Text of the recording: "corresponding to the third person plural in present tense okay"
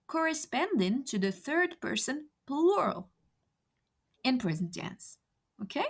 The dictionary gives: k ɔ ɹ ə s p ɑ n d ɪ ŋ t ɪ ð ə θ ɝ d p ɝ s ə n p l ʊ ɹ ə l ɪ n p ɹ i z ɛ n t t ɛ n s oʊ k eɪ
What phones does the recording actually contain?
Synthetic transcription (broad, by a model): k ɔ ɹ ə s p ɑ n d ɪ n t ɪ ð ə θ ɝ d p ɝ s ə n p l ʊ ɹ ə l ɪ n p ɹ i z n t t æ n s oʊ k eɪ